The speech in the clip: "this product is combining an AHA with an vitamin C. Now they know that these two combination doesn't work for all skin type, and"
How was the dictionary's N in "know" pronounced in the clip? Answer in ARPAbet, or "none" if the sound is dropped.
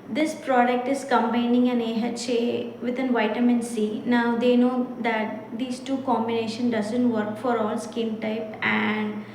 N